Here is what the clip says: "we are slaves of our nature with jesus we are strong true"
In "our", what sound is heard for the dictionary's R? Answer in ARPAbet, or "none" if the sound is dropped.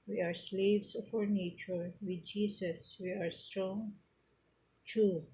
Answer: R